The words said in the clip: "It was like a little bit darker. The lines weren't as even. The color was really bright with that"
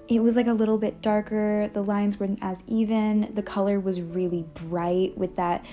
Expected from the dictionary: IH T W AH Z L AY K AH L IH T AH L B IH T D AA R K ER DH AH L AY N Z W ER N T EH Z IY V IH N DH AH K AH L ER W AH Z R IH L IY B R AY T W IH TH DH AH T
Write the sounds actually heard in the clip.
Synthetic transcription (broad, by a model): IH T W AH Z L AY K AH L IH T L B IH T D AA R K ER DH AH L AY N Z W ER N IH Z IY V IH N DH AH K AH L ER W AH Z R IH L IY B R AY T W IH DH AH T